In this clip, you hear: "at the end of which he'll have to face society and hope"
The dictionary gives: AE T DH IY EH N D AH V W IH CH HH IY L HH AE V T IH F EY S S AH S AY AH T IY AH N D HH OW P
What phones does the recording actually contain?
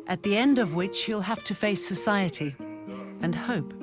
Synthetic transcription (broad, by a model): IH T DH IY EH N D AH V W IH CH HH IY L HH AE F T IH F EY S S AH S AY AH T IY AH N HH OW P